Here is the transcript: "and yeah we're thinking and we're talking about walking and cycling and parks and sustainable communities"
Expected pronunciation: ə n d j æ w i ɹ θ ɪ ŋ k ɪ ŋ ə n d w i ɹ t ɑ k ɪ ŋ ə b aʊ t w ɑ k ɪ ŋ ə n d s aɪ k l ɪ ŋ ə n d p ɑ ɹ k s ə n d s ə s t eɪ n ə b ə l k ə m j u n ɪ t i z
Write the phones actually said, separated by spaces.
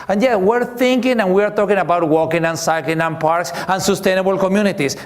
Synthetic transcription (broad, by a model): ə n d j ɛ w i ɹ θ ɪ ŋ k ɪ ŋ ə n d w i ɹ t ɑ k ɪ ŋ ə b aʊ t w ɑ k ɪ ŋ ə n s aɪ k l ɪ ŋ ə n p ɑ ɹ k s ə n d s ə s t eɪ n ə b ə l k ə m j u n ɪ t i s